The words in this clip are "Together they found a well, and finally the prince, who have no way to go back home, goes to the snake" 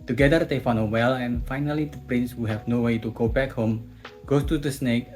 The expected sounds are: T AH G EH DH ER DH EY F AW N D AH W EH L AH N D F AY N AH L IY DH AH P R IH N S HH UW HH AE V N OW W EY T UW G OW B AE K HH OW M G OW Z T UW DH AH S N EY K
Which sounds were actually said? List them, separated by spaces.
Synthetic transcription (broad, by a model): T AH G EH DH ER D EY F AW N AH W EH L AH N F AY N AH L IY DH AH P R IH N S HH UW HH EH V N OW W EY T UW G OW B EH K HH OW M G OW S T UW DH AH S N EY K